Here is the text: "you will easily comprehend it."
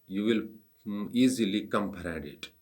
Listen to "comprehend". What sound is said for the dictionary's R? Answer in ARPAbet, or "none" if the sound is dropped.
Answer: none